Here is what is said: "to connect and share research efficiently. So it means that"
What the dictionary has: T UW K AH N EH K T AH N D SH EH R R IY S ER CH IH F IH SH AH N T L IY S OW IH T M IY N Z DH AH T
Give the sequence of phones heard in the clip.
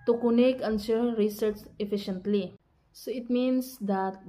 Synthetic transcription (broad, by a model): T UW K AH N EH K AH N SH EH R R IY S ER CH IH F IH SH AH N T L IY S OW IH T M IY N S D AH T